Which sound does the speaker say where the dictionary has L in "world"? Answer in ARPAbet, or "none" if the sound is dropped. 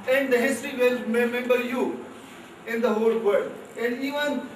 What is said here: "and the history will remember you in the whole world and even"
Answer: none